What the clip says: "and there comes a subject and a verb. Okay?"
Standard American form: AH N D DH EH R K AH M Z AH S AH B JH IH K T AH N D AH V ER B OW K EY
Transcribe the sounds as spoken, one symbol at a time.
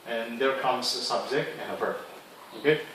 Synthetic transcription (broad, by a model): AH N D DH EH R K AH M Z AH S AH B Z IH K AH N AH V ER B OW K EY